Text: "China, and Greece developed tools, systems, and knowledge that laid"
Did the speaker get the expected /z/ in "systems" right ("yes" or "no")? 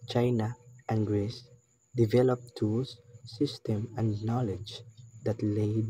no